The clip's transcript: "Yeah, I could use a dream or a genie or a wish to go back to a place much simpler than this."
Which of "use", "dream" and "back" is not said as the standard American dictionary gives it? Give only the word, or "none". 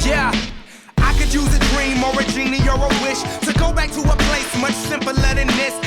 none